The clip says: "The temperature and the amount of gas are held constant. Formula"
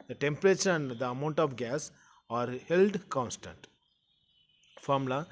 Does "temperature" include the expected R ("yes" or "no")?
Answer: yes